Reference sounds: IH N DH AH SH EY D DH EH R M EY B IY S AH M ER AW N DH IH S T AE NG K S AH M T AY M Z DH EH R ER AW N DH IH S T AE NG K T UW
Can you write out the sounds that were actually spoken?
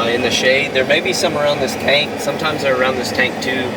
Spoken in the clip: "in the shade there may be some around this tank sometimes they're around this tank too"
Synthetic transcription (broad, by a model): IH N DH AH SH EY D DH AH R M EY B IY S AH M ER AW N DH IH S T AE NG K S AH M T AY M Z DH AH R ER AW N DH IH S T AE NG K T UW